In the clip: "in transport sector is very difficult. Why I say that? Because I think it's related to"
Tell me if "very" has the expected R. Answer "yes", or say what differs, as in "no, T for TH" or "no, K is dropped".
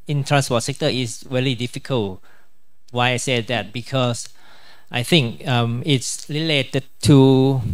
no, L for R